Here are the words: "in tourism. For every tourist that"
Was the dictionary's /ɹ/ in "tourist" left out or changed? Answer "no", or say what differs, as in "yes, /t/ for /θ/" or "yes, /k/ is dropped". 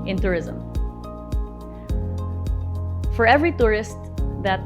no